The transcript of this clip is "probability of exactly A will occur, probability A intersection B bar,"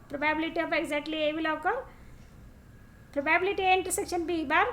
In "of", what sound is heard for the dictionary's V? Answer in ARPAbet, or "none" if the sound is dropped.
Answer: P